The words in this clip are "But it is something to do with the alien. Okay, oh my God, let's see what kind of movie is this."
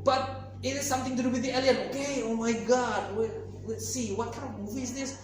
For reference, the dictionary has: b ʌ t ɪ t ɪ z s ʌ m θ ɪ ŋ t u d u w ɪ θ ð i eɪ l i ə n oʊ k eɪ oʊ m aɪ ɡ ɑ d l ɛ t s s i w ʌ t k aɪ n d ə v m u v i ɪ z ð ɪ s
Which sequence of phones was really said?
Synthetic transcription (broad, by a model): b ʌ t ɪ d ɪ s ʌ m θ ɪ ŋ t u d u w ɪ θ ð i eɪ l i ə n oʊ k eɪ oʊ m aɪ ɡ ɑ d w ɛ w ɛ s i w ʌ t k aɪ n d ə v m u v i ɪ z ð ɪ s